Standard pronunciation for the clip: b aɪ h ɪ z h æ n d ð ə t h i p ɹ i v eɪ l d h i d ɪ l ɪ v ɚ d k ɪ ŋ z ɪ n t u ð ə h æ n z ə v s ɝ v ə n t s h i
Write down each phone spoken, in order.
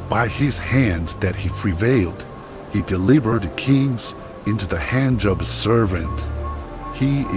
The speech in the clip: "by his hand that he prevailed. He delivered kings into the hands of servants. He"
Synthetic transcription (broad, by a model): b aɪ ɪ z h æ n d ð ə t h i p ɹ i v eɪ l d h i d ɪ l ɪ b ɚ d k ɪ ŋ z ɪ n t u ð ə h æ n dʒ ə b s ɝ v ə n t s h i